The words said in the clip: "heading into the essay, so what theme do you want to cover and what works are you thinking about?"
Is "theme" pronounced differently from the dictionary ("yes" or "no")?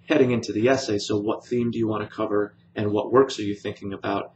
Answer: no